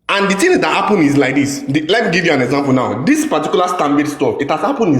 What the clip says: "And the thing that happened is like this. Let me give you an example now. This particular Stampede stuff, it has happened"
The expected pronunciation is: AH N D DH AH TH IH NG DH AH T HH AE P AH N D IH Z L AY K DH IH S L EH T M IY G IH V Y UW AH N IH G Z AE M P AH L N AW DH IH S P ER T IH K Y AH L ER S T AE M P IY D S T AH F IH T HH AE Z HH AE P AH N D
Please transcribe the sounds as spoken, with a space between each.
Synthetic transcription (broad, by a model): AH N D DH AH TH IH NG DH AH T HH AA P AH N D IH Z L AY K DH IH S L EH T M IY G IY V Y UW AH N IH G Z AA M P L N AW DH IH S P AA T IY K Y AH L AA S T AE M B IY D S T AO IH T HH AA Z HH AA P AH N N